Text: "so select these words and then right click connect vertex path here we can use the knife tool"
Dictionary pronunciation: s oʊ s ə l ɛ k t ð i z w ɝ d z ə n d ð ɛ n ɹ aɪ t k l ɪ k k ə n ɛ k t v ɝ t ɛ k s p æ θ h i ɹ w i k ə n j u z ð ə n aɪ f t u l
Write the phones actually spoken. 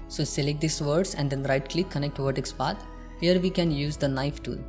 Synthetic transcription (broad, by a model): s oʊ s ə l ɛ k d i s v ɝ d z ə n d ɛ n ɹ aɪ t k l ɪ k k ə n ɛ k t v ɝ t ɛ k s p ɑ t h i ɹ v i k ə n j u z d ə n aɪ f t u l